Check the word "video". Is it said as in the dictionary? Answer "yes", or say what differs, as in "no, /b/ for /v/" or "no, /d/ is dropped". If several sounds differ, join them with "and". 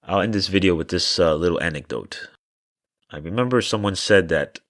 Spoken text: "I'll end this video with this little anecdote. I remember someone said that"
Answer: yes